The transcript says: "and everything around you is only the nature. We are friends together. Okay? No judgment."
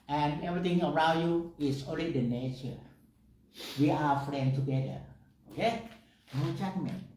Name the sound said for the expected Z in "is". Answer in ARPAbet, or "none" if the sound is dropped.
S